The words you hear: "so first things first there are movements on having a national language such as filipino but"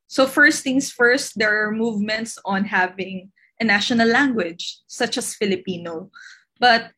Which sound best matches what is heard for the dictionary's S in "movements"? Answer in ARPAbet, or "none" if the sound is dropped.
S